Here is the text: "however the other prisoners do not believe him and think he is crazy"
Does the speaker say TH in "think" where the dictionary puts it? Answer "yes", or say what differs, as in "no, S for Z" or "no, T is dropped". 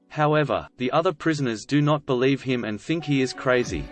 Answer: yes